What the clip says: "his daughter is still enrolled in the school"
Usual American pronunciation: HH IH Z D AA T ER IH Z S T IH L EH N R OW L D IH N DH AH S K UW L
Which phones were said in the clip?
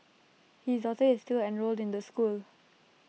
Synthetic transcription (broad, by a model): HH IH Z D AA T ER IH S T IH L EH N R OW L D IH N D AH S K UW L